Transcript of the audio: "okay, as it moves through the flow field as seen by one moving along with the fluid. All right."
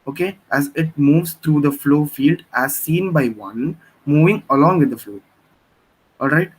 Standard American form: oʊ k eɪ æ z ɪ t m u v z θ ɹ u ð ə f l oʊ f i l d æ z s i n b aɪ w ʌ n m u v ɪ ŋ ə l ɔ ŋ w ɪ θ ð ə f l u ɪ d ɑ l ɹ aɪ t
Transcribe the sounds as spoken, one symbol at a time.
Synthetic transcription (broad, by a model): oʊ k eɪ æ z ɪ t m u v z t ɹ u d ə f l oʊ f i l d æ z s i n b aɪ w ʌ n m u v ɪ ŋ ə l ɔ ŋ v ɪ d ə f l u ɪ ɑ l ɹ aɪ t